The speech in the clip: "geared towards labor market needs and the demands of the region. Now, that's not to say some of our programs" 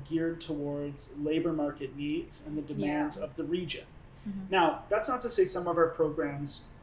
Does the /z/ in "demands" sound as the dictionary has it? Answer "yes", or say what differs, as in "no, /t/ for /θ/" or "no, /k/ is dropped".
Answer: yes